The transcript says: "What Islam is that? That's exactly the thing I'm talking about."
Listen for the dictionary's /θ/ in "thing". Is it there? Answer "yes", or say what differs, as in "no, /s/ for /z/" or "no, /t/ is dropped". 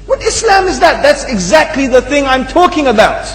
yes